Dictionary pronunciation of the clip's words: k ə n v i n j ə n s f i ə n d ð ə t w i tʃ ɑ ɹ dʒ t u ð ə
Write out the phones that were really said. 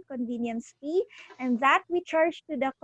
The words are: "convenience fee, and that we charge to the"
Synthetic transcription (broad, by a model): k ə n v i n j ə n s p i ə n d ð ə t w i tʃ ɑ ɹ dʒ t u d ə